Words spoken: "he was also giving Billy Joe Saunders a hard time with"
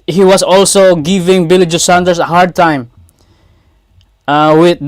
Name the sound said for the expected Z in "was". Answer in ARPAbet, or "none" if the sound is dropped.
S